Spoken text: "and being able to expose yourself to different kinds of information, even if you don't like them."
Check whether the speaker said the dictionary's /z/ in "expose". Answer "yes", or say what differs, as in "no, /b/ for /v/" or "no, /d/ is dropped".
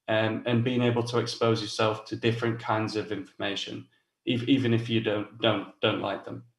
yes